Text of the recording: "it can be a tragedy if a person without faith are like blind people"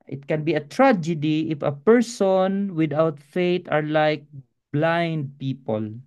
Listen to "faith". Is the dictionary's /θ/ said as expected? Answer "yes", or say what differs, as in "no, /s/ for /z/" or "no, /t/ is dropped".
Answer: no, /t/ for /θ/